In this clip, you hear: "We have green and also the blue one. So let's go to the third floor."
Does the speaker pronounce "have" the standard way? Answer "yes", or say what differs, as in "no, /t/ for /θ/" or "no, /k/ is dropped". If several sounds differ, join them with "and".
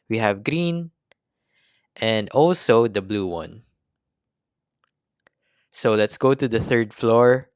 yes